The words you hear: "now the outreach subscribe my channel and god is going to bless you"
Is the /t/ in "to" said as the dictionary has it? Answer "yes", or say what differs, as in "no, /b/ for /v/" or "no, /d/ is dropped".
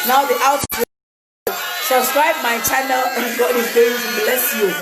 no, /s/ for /t/